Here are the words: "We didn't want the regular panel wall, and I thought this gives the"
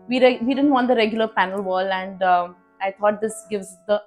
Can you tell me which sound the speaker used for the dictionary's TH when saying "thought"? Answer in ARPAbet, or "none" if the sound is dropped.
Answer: T